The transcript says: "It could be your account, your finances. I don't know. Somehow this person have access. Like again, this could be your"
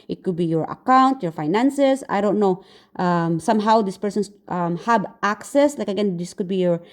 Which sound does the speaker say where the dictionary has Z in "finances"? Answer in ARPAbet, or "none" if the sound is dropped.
S